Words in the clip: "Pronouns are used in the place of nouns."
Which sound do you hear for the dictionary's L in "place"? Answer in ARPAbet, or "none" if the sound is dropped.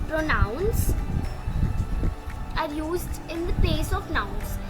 none